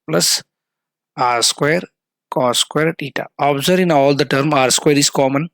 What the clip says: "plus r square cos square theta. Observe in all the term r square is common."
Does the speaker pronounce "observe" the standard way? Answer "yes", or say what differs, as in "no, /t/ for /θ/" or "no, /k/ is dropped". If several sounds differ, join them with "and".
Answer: no, /v/ is dropped